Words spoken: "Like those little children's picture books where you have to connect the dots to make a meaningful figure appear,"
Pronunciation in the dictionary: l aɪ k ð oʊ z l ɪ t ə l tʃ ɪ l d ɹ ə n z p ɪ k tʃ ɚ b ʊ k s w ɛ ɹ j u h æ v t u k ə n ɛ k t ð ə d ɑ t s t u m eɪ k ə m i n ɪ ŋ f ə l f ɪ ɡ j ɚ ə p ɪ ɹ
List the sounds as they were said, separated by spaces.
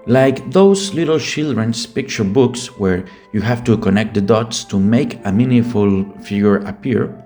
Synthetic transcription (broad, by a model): l aɪ k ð oʊ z l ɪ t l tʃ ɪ l d ɹ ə n s p ɪ k tʃ ɚ b ʊ k s w ɛ ɹ j u h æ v t u k ə n ɛ k t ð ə d ɑ t s t u m eɪ k ə m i n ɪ f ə l f ɪ ɡ j ɚ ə p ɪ ɹ